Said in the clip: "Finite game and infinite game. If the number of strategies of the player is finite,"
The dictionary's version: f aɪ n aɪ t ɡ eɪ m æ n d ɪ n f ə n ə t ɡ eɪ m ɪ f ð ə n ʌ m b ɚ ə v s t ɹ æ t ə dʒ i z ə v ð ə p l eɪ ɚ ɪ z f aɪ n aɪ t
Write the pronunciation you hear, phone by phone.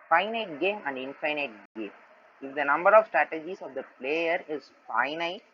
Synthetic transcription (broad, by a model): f aɪ n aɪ t ɡ eɪ m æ n d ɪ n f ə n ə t ɡ eɪ m ɪ f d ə n ʌ m b ɚ ə v s t ɹ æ t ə dʒ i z ə v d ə p l eɪ ɚ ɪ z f aɪ n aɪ t